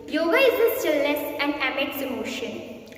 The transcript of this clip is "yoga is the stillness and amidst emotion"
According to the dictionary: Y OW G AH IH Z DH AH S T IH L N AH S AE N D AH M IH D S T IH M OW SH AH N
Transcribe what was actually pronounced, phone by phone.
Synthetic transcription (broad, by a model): Y OW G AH IH Z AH S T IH L AH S AE N D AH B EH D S IH M OW SH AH N